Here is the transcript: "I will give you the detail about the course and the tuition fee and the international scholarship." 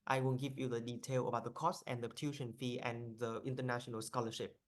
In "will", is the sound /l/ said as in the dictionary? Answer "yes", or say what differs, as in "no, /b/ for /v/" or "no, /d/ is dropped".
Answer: no, /n/ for /l/